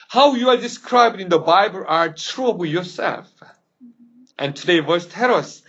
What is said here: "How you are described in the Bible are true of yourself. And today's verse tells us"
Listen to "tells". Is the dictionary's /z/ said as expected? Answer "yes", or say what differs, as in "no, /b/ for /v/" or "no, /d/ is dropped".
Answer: no, /z/ is dropped